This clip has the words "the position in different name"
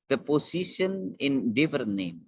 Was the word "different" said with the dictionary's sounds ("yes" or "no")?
no